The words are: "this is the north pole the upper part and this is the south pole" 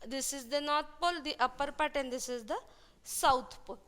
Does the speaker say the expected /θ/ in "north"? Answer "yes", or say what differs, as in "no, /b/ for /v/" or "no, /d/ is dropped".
no, /t/ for /θ/